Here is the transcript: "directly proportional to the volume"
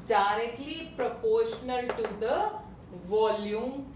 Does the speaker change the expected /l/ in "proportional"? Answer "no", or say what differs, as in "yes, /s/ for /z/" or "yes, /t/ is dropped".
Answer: no